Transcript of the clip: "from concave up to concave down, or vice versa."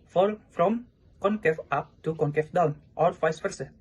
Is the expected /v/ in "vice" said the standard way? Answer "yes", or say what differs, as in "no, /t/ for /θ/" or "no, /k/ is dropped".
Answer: no, /f/ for /v/